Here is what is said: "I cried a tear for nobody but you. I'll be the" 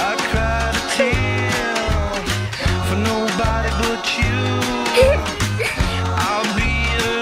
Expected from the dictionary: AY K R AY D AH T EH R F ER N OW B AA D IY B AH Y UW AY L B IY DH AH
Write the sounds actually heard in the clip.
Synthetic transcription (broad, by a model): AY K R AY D AH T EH L F ER N OW B AA D IY B AH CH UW AY L B IY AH